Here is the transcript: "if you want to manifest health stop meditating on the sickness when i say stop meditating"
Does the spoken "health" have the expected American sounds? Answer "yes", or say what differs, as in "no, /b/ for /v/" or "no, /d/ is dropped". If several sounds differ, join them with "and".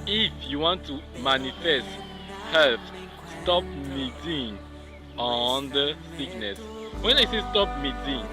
no, /f/ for /θ/